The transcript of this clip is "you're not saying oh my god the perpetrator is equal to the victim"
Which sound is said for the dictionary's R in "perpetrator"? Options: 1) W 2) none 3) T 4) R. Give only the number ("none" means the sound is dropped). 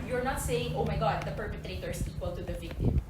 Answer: 4